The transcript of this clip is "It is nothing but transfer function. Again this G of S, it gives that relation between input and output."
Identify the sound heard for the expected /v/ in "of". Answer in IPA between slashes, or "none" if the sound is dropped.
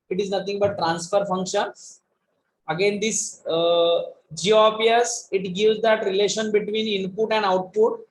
/p/